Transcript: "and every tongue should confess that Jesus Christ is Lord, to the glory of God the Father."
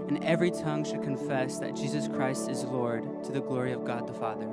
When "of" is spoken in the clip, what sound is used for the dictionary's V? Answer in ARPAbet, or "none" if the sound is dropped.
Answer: V